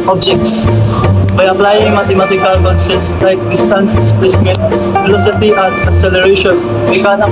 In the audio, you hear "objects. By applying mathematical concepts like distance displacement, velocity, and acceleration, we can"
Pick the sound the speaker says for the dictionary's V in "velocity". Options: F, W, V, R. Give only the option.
F